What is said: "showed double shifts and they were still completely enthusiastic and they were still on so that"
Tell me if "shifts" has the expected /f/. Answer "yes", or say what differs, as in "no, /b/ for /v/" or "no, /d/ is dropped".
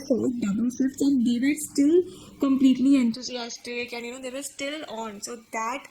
no, /f/ is dropped